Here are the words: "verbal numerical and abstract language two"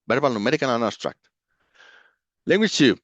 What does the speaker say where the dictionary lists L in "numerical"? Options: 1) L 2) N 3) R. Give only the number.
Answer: 2